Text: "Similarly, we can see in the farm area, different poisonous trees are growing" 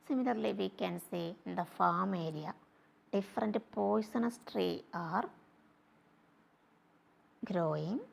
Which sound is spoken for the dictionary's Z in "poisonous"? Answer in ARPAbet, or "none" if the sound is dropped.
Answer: S